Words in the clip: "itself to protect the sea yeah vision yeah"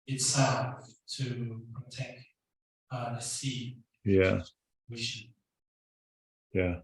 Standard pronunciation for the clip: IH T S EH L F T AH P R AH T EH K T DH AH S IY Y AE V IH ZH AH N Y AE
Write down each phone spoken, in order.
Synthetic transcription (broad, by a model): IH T S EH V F T AH P R AH T EH K T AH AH S IY Y AE W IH SH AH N Y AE